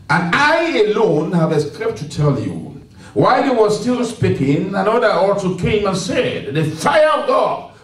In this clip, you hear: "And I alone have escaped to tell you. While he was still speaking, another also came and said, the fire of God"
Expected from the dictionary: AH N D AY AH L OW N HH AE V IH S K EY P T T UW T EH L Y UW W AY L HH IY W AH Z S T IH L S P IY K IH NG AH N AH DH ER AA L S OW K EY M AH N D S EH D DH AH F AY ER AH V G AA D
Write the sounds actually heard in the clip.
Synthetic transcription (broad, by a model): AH N AY AH L OW N HH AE V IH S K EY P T T UW T EH L Y UW W AY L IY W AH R S T IH L S P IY K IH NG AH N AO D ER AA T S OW K EY M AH N S EH D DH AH F AY ER AH V G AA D